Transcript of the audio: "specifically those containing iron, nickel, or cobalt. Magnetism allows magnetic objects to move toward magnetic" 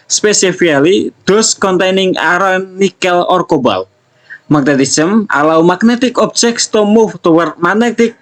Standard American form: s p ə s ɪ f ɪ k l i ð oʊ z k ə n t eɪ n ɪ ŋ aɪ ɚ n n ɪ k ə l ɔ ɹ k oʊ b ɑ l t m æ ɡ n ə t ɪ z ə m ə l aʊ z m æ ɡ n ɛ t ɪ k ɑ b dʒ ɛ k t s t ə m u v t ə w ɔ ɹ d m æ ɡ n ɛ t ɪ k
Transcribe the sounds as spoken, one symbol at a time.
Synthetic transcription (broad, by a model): s p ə s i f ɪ k l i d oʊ s k ə n t eɪ n ɪ ŋ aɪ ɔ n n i k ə l ɔ ɹ k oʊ b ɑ l m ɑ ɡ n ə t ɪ s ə m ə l aʊ m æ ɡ n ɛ t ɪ k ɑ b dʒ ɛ k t s t ə m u f t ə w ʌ ɹ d m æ n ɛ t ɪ k